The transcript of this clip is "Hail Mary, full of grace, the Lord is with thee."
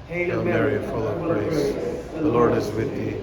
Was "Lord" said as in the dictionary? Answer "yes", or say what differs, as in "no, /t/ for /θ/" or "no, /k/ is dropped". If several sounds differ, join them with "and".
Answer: yes